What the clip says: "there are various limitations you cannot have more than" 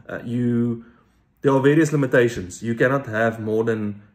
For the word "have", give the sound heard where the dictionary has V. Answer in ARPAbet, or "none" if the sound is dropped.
V